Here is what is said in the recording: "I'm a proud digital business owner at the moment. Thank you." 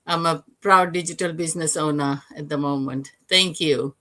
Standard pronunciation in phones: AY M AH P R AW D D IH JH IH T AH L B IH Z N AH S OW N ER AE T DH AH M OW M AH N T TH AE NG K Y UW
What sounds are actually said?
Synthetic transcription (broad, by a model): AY M AH P R AW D D IH JH IH T AH L B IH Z N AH S OW N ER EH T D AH M OW M AH N T T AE NG K Y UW